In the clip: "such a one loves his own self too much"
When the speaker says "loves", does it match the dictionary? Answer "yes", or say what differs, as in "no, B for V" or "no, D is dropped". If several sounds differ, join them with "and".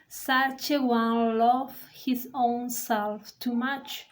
no, Z is dropped